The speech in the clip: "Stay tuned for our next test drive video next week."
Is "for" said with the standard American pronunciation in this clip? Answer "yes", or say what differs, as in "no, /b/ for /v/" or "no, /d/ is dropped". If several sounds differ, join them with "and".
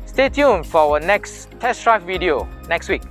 no, /w/ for /ɹ/